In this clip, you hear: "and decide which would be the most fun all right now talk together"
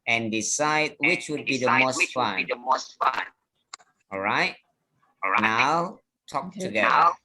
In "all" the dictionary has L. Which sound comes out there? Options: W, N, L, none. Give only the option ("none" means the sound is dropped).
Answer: N